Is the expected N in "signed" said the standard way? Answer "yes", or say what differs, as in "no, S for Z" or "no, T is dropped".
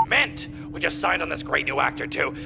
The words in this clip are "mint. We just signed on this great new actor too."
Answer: yes